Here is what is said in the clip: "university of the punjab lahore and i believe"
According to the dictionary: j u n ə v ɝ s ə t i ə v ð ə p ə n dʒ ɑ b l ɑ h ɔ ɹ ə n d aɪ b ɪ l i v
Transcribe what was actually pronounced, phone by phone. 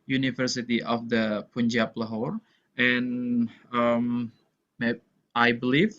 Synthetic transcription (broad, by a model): j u n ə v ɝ s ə t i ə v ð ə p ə n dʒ ɑ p l ɑ h ɔ ɹ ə n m aɪ b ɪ l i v